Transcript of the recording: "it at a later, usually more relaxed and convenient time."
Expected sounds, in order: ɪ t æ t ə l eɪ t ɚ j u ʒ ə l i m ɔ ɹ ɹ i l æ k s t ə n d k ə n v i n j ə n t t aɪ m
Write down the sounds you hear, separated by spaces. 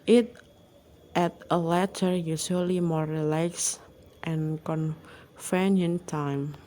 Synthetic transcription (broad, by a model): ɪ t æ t ə l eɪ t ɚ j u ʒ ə l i m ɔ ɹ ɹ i l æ k s t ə n k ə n f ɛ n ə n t t aɪ m